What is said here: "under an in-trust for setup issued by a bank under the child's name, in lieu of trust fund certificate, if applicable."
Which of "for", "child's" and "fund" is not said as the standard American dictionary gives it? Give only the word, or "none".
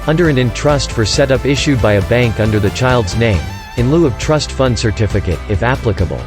none